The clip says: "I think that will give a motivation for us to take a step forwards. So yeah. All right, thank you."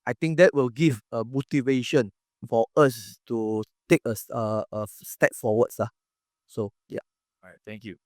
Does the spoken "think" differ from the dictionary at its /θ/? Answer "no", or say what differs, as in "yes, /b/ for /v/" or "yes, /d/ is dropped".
yes, /t/ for /θ/